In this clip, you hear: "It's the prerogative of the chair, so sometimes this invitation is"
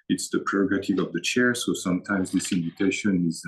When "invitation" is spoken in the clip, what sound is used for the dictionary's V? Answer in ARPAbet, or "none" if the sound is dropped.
V